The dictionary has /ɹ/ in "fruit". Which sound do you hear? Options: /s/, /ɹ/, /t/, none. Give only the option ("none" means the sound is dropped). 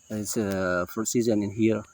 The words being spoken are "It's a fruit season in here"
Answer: none